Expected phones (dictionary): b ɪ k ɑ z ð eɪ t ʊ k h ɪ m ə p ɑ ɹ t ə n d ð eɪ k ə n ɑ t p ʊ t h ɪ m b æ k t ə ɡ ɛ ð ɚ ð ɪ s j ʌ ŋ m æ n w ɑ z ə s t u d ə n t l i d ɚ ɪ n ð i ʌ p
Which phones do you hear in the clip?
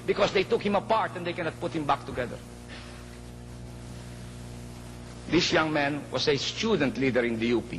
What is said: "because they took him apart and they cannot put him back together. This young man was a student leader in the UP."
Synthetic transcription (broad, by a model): b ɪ k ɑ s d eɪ t ʊ k h ɪ m ə p ɑ ɹ t ə n d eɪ k ə n ɑ t p ʊ t h ɪ m b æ k t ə ɡ ɛ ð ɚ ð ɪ s j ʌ ŋ m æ n w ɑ s ə s t u d ə n t l i d ɚ ɪ n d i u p